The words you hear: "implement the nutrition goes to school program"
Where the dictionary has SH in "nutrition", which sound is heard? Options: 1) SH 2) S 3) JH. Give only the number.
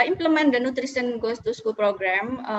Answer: 2